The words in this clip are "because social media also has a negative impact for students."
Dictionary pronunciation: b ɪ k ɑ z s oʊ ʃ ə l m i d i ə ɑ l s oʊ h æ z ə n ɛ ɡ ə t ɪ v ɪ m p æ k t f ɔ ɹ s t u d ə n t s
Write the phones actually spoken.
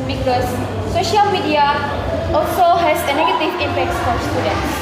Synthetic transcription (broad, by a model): b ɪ k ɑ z s oʊ ʃ ə l m i d i ə ɑ l s oʊ h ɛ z ə n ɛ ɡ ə t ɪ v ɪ m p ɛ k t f ɔ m s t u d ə n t s